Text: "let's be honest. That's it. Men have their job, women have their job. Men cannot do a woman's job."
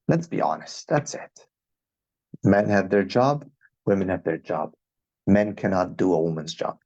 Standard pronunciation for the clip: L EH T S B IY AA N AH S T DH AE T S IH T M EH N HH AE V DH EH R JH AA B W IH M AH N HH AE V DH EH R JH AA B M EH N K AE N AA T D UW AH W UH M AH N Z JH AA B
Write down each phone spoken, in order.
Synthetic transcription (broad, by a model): L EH T S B IY AA N AH S T DH AE T S IH T M EH N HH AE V DH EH R JH AA B W IH M AH N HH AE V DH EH R JH AA B M EH N K AE N AA T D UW AH W UH M AH N Z JH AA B